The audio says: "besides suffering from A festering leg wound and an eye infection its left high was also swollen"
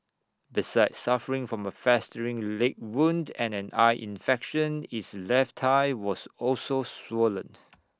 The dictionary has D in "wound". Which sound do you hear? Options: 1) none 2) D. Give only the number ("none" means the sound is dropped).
2